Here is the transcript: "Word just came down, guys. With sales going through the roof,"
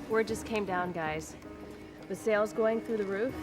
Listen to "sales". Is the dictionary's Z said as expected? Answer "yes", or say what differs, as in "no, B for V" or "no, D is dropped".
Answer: yes